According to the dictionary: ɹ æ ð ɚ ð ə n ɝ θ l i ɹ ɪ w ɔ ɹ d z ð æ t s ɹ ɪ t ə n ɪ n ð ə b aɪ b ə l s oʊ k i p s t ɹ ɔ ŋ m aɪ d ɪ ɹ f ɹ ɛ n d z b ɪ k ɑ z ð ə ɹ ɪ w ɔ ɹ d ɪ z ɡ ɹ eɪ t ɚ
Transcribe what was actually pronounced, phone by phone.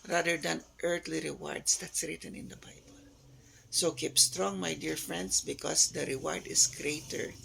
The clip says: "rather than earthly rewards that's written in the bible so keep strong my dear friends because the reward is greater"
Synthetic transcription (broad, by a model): ɹ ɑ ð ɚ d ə n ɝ t l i ɹ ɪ w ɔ ɹ d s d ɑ t s ɹ ɪ t ə n ɪ n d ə b aɪ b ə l s oʊ k i p s t ɹ ɔ ŋ m aɪ d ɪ ɹ f ɹ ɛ n d s b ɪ k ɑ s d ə ɹ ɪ w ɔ ɹ d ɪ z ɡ ɹ eɪ t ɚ